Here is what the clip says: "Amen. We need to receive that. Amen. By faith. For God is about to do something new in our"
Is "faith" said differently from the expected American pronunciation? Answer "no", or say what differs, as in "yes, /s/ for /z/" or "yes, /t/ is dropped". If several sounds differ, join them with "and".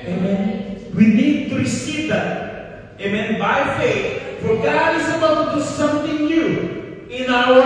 yes, /t/ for /θ/